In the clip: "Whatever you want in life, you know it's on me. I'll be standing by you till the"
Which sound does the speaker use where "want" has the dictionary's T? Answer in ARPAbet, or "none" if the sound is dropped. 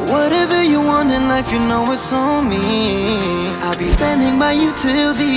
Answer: T